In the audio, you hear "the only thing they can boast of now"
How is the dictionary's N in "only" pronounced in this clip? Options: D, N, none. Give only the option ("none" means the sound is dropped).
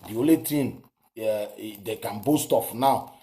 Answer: none